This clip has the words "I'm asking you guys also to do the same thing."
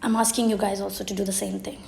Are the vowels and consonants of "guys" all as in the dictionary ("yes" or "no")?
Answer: yes